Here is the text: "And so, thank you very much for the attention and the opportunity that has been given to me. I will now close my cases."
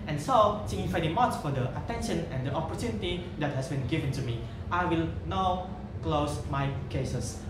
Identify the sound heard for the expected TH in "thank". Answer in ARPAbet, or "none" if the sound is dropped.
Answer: S